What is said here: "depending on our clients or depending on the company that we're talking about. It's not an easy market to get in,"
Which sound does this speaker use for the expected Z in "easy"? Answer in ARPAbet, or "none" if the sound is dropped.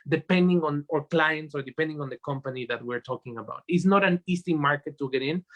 S